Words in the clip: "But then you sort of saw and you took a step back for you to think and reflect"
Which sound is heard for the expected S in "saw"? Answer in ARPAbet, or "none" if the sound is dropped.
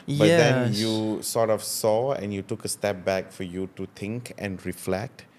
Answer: S